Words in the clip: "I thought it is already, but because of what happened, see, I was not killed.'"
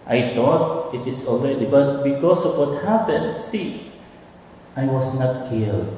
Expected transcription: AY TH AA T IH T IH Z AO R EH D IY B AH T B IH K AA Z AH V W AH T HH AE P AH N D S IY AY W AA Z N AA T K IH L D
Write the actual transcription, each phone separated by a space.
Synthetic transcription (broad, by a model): AY T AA T IH T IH S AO L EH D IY B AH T B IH K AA S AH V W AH T HH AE P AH N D S IY AY W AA S N AA T K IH L D